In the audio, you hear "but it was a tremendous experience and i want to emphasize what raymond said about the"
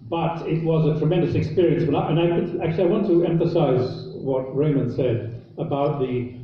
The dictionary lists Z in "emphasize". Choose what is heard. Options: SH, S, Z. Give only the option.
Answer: Z